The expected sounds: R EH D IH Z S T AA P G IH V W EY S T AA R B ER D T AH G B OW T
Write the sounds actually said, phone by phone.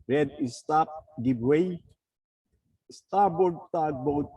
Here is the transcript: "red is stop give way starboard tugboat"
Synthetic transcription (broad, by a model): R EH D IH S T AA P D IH B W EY S T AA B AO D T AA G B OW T